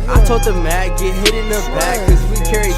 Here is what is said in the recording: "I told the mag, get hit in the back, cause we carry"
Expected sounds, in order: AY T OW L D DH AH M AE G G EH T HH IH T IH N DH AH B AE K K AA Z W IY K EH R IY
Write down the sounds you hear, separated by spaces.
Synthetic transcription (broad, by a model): AY T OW D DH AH M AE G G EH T HH IH T IH N AH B AE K K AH Z W IY K EH R IY